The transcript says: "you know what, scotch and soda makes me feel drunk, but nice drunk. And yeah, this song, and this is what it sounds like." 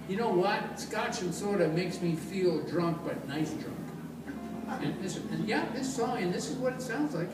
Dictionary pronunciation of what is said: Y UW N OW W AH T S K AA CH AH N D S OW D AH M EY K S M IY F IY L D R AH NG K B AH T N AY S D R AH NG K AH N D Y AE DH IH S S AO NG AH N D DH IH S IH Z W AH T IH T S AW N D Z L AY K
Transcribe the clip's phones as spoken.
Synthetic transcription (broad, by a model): Y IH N OW W AH T S K AA CH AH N S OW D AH M EY K S M IY F IY L D R AH NG K B AH T N AY S D R AH NG K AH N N Y AE DH IH S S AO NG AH N DH IH S IH Z W AH T IH T S AW N D Z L AY K